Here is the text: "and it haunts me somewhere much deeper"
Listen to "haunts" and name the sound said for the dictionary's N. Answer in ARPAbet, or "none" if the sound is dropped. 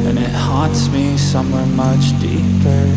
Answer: none